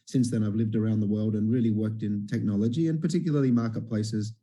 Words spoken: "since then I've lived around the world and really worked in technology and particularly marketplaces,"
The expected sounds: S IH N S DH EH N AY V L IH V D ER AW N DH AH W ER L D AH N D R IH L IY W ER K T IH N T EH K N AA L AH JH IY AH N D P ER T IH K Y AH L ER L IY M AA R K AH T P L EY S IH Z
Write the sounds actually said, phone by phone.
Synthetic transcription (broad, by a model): S IH N S DH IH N AY V L IH V D ER AW N DH AH W ER L D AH N R IH L IY W ER K T IH N T EH K N AA L AH JH IY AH N P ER T IH K Y L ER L IY M AA R K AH T P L EY S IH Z